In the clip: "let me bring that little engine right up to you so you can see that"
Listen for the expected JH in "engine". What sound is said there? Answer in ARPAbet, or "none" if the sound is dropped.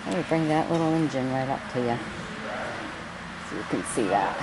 JH